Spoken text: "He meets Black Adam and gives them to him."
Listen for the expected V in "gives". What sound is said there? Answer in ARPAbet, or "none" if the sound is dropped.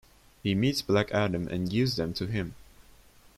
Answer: none